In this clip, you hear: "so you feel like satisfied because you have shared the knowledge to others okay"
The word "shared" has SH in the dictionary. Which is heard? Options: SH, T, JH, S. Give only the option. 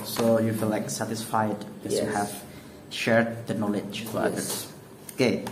SH